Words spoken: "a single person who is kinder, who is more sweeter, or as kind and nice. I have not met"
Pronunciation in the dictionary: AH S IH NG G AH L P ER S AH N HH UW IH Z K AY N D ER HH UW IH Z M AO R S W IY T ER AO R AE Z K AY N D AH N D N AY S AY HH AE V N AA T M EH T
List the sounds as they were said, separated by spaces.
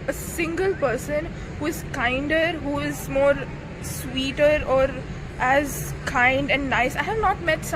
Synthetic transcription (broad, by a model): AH S IH NG G AH L P ER S AH N HH UW IH Z K AY N D ER HH UW IH Z M AO R S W IY T ER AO R AE Z K AY N D AH N D N AY S AY HH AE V N AA T M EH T